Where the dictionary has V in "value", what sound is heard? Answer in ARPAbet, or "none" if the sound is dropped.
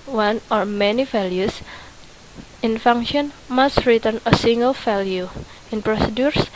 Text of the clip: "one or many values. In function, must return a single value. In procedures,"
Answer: F